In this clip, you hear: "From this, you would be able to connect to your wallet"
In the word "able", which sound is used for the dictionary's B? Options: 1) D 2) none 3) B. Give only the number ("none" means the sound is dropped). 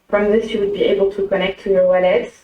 3